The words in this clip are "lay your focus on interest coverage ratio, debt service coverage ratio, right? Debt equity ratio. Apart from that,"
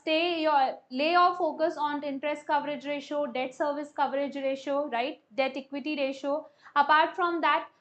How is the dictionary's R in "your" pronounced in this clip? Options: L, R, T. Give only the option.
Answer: L